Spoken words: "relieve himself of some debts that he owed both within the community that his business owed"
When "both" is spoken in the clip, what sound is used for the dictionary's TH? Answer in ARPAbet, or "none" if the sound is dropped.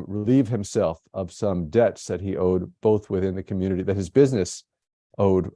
TH